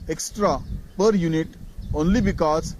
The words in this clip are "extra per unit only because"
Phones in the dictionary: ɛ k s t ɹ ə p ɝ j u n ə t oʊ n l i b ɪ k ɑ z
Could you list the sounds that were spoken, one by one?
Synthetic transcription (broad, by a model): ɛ k s t ɹ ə p ɝ j u n ə t oʊ n l i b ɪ k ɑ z